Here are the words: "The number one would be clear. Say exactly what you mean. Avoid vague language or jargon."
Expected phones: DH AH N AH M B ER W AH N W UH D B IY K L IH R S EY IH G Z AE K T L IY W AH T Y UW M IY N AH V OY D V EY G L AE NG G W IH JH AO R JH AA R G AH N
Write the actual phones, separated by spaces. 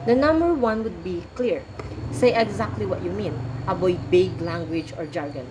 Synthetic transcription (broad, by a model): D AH N AH M B ER W AH N W UH D B IY K L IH R S EY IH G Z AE K T L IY W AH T Y UW M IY N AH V OY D B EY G L AE NG G W IH JH AO R JH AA R G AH N